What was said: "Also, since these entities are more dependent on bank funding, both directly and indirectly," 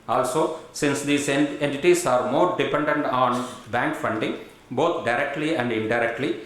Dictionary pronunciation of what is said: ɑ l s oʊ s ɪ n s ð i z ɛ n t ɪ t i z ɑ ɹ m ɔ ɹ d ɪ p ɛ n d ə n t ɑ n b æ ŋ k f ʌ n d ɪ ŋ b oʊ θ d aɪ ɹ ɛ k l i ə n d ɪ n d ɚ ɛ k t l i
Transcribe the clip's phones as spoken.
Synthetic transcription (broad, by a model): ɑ l s oʊ s ɪ n s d i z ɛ n t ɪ t i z ɑ ɹ m ɔ ɹ d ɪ p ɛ n d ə n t ɑ n b æ ŋ k f ʌ n d ɪ ŋ b oʊ t d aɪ ɹ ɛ k l i ə n d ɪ n d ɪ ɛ k t l i